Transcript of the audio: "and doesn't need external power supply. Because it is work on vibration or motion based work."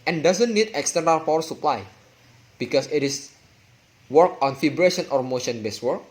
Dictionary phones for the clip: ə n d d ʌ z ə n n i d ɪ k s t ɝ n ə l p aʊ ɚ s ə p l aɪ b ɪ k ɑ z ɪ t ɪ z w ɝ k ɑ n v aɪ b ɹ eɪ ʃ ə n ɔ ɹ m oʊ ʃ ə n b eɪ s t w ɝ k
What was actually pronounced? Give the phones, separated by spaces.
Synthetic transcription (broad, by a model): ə n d d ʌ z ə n n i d ɪ k s t ɝ n ə l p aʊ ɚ s ə p l aɪ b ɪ k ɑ s ɪ t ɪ s w ɝ k ɑ n f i b ɹ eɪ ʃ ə n ɔ ɹ m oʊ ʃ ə n b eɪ s w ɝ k